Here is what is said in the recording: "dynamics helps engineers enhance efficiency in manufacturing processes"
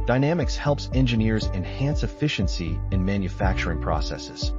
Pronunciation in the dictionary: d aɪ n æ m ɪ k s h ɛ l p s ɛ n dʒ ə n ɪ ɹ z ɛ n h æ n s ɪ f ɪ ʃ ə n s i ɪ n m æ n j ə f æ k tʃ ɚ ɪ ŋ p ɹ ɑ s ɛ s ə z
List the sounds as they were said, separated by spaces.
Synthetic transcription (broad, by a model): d aɪ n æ m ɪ k s h ɛ l p s ɛ n dʒ ə n ɪ ɹ z ɛ n h æ n s ɪ f ɪ ʃ ə n s i ɪ n m æ n j ə f æ k tʃ ɚ ɪ ŋ p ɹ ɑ s ɛ s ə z